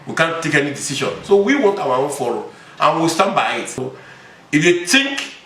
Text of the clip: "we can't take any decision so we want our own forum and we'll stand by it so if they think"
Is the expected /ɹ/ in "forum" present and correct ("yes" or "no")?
no